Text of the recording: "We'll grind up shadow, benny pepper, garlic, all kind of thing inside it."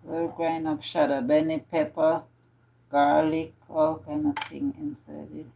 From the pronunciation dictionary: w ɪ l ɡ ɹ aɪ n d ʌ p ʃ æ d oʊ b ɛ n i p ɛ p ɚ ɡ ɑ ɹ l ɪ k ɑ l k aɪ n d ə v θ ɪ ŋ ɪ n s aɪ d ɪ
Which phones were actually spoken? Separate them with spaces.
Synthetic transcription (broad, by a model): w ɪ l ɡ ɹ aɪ n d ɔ f ʃ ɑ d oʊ b ɛ n i p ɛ p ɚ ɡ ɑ l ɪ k ɑ l k aɪ n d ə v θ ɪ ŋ ɪ n s aɪ d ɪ